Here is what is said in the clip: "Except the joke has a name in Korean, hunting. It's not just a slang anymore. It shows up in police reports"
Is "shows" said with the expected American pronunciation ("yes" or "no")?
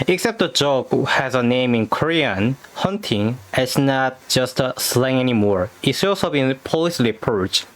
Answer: no